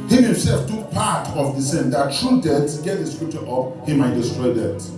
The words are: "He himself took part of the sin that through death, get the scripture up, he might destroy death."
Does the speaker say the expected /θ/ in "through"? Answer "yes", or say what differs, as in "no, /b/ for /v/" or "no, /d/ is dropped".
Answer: no, /t/ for /θ/